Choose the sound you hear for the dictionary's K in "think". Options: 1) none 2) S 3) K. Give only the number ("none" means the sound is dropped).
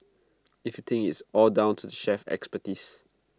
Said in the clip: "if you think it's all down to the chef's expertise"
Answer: 1